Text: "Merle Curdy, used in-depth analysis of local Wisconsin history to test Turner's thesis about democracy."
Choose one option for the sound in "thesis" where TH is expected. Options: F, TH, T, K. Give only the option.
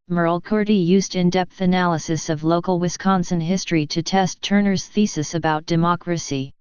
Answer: TH